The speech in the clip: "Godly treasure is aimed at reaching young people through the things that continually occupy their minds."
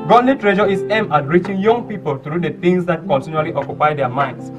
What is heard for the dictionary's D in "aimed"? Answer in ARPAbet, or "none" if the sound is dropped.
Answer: none